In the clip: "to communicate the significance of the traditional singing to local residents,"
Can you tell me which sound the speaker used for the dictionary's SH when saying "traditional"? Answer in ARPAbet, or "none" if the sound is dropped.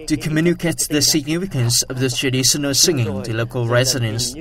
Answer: S